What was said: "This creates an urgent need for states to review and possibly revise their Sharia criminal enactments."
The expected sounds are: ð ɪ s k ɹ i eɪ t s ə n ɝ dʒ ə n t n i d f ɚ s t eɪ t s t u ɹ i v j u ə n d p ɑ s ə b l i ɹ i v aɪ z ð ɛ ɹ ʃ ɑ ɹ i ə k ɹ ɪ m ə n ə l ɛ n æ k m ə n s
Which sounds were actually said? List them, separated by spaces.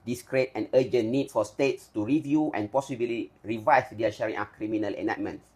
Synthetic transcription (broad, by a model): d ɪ s k ɹ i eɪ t ə n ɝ dʒ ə n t n i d f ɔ s t eɪ t s t u ɹ i v j u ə n p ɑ s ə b l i ɹ i v aɪ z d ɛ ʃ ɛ ɹ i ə k ɹ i m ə n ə l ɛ n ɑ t m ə n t